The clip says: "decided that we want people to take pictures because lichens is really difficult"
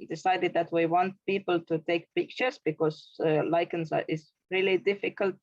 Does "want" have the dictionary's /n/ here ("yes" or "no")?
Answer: yes